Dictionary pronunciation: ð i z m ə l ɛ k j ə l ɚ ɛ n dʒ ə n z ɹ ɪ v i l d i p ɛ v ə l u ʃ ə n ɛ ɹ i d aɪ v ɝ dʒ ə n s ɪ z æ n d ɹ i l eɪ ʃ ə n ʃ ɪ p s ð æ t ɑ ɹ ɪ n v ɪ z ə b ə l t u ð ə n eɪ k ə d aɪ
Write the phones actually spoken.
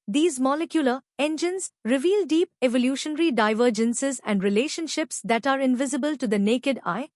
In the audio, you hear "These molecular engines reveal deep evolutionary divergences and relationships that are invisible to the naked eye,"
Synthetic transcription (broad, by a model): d i z m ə l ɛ k j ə l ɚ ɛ n dʒ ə n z ɹ ɪ v i l d i p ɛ v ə l u ʃ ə n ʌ ɹ i d aɪ v ɝ dʒ ə n s ɪ z æ n d ɹ i l eɪ ʃ ə n ʃ ɪ p s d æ t ɑ ɹ ɪ n v ɪ z ə b ə l t u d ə n eɪ k ə d aɪ